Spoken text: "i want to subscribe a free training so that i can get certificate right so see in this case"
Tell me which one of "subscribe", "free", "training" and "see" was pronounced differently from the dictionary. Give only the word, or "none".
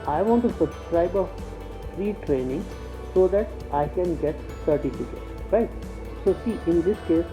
none